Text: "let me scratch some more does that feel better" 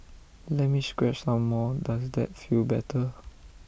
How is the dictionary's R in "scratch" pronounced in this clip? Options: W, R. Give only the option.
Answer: W